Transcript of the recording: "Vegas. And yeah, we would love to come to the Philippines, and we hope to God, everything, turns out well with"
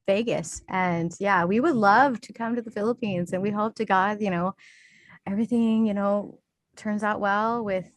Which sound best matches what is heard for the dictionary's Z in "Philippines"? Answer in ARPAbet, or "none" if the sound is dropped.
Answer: Z